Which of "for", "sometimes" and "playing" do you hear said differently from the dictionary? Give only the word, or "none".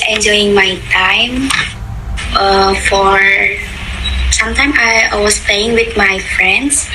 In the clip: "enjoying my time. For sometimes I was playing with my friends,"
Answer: sometimes